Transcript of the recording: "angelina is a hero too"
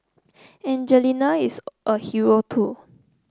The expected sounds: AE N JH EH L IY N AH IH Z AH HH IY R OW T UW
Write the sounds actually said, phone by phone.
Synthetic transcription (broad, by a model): AE N JH EH L IY N AH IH S AH HH IY R OW T UW